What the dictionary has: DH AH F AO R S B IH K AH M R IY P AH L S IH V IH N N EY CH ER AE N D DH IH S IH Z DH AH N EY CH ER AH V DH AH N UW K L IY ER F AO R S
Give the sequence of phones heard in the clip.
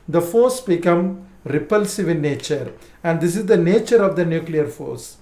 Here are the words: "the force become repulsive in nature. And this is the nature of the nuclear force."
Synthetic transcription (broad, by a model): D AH F AO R S B IH K AH M R IY P AH L S IH V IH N N EY CH ER AE N D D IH S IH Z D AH N EY CH ER AH V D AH N UW K L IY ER F AO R S